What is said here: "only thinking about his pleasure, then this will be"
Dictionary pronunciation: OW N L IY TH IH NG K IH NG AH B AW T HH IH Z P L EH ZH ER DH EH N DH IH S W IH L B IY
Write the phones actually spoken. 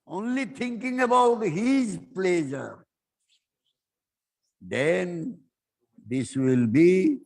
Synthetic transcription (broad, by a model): OW N L IY T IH NG K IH NG AH B AW T HH IH Z P L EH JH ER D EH N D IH S W IH L B IY